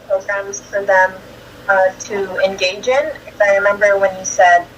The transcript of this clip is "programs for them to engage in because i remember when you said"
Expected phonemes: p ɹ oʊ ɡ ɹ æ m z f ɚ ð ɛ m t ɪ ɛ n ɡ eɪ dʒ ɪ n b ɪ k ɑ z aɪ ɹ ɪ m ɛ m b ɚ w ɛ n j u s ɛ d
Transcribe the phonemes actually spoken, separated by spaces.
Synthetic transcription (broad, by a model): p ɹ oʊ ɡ ɹ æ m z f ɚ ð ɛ m t ɪ ɛ n ɡ eɪ dʒ ɪ n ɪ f ɑ ɪ ɹ ɪ m ɛ m b ɚ w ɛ n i s ɛ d